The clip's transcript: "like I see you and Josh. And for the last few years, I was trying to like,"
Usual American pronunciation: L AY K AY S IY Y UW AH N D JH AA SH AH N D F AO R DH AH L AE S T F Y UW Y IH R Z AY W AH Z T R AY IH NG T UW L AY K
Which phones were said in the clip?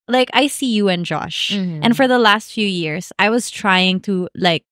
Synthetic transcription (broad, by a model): L AY K AY S IY Y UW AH N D JH AA SH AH N F AO R DH AH L AE S T F Y UW Y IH R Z AY W AH Z T R AY IH NG T UW L AY K